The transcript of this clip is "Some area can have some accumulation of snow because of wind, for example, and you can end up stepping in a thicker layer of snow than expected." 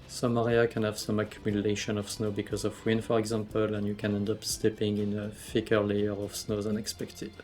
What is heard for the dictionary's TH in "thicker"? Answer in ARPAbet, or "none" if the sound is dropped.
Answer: F